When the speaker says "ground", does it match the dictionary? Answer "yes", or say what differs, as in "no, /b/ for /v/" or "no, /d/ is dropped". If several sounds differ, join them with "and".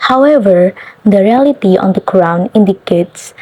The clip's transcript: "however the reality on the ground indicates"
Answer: no, /d/ is dropped